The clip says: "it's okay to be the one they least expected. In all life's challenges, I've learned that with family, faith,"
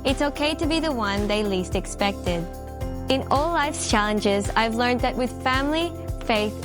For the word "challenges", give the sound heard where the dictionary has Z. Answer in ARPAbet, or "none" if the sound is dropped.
Z